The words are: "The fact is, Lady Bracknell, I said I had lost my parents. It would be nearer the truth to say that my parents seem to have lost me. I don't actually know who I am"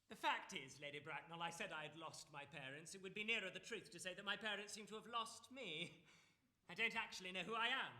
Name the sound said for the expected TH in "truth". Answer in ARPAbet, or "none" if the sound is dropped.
TH